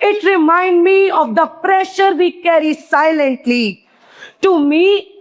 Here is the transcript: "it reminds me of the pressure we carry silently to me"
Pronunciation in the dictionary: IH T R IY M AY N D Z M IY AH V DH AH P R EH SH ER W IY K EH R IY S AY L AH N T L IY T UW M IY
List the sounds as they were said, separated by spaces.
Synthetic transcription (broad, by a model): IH T R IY M AY N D M IY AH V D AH P R EH SH ER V IY K EH R IY S AY L AH N T L IY T UW M IY